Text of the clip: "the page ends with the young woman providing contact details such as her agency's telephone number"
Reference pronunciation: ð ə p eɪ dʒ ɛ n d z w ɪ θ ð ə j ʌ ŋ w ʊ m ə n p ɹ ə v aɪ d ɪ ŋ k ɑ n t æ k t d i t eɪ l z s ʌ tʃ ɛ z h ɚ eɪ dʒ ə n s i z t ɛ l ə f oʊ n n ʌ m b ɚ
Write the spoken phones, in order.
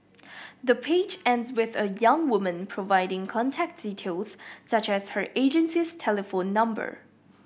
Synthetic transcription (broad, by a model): ð ə p eɪ dʒ ɛ n d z w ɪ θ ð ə j ʌ ŋ w ʊ m ə n p ɹ ə v aɪ d ɪ ŋ k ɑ n t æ k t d i t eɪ l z s ʌ tʃ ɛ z h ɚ eɪ dʒ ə n s i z t ɛ l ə f oʊ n n ʌ m b ɚ